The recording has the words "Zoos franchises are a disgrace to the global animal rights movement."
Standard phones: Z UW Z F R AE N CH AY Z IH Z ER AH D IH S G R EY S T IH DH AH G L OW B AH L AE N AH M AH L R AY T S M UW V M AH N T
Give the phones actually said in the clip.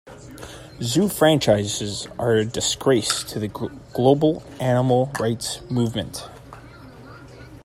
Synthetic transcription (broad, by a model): Z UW F R AE N CH AY Z IH Z ER AH D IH S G R EY S T IH DH AH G L OW B L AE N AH M L R AY T S M UW V M AH N T